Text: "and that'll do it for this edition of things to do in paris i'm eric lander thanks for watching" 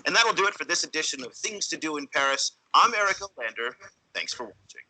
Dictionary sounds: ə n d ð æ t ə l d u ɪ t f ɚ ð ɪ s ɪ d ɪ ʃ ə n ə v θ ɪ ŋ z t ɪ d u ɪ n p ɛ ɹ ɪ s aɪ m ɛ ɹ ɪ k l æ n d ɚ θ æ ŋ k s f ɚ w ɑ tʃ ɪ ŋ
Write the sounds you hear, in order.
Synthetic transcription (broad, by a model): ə n ð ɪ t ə l d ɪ ɪ t f ɚ ð ɪ s ɪ d ɪ ʃ ə n ə v θ ɪ ŋ z t ɪ d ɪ ɪ n p ɛ ɹ ɪ s aɪ m ɛ ɹ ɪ k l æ n d ɚ θ æ ŋ k s f ɚ w ɑ tʃ ɪ ŋ